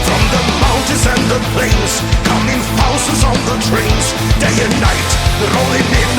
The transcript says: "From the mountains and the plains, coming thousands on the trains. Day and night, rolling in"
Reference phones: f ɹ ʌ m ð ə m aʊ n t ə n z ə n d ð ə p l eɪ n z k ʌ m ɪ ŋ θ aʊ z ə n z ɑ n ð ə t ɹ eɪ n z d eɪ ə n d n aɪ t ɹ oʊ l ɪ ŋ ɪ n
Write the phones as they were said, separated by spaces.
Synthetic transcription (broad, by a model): f ɹ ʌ m ð ə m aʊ n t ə z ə n ð ə p l eɪ n z k ʌ m ɪ ŋ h aʊ s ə z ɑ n ð ə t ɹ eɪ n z d eɪ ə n n aɪ t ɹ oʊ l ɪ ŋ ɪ